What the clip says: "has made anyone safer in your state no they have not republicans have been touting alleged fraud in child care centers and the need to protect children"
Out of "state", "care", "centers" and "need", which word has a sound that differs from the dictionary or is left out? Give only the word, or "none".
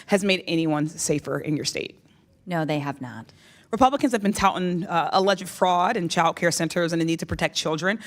none